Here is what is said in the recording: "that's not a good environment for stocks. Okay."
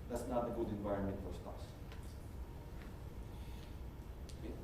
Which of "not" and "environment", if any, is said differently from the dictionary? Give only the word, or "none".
none